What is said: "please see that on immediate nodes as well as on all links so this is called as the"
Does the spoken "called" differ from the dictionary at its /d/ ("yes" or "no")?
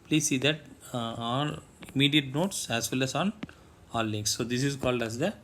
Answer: no